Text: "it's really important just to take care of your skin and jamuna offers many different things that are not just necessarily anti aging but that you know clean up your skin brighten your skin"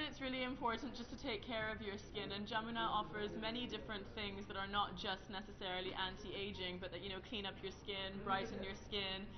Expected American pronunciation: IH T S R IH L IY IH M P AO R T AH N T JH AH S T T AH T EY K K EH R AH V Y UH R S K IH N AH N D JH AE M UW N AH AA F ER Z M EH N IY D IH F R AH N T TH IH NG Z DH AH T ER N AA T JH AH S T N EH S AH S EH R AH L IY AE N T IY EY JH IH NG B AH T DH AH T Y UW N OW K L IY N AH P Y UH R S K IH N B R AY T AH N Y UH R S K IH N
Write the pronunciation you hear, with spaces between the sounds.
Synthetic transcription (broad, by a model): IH T S R IH L IY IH M P AO R T N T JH AH S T T AH T EY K K EH R AH V Y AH R S K IH N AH N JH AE M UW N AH AA F ER Z M EH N IY D IH F R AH N TH IH NG Z DH AH T ER N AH T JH AH S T N EH S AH S EH R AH L IY AE N T IY EY JH IH NG B AH T DH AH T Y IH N OW K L IY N AH P Y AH R S K IH N B R AY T N Y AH R S K IH N